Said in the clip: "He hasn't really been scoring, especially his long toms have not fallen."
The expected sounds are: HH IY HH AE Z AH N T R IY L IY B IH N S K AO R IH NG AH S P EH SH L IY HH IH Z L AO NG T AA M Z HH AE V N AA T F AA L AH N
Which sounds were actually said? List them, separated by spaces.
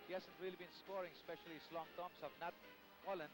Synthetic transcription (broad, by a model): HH IY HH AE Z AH N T R IY L IY B IH N S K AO R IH NG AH S P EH SH IY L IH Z L AO NG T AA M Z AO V N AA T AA L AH N